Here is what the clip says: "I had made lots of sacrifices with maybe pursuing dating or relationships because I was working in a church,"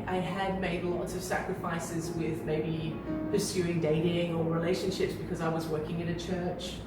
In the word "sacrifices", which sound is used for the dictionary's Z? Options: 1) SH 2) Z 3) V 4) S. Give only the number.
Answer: 2